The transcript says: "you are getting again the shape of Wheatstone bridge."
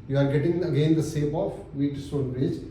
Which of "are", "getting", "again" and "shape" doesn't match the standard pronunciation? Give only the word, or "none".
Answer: shape